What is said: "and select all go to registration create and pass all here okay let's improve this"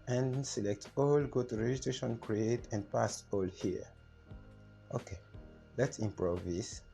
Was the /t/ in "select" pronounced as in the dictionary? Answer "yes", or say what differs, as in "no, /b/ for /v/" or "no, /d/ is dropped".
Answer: yes